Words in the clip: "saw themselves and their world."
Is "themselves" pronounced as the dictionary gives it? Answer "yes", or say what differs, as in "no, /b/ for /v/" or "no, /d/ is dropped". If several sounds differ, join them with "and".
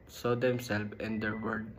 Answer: no, /z/ is dropped